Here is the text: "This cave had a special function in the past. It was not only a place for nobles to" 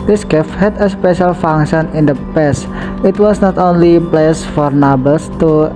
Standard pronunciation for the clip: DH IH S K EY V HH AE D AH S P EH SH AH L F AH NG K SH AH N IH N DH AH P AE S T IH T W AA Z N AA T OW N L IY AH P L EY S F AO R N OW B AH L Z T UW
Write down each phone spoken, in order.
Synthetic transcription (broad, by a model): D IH S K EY F HH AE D AH S P EH SH AH L F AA NG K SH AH N IH N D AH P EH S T IH T W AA S N AA T OW N L IY P L EY S F AO R N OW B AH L S T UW